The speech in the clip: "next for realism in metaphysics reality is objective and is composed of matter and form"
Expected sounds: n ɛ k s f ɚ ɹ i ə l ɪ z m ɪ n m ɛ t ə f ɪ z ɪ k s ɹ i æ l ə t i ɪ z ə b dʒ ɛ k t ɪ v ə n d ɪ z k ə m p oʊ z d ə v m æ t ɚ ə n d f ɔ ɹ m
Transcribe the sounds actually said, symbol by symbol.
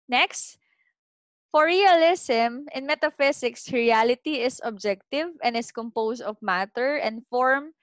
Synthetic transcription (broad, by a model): n ɛ k s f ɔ ɹ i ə l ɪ s m ɪ n m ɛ t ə f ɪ s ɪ k s ɹ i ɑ l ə t i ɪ s ə b dʒ ɛ k t ɪ v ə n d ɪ s k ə m p oʊ s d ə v m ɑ t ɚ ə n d f ɔ ɹ m